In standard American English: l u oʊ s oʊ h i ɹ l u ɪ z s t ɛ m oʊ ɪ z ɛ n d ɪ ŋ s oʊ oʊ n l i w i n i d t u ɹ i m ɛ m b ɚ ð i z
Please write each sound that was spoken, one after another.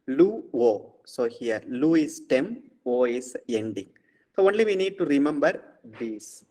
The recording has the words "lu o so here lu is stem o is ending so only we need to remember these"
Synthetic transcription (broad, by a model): l u oʊ s oʊ h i ɹ l u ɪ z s t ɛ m oʊ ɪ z ɛ n d ɪ ŋ s oʊ oʊ n l i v i n i d t u ɹ i m ɛ m b ɚ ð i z